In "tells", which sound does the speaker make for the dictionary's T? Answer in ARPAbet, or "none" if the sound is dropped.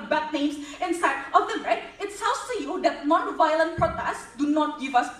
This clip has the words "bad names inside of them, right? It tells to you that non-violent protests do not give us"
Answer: S